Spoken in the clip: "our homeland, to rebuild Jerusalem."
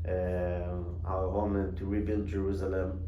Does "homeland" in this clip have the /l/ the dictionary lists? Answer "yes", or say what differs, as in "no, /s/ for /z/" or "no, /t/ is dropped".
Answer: no, /l/ is dropped